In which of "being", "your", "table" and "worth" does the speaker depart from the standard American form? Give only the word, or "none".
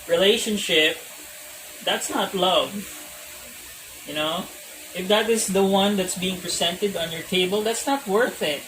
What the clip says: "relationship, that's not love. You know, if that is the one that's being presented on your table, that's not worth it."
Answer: none